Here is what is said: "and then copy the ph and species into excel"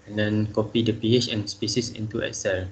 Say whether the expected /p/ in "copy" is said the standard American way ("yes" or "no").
yes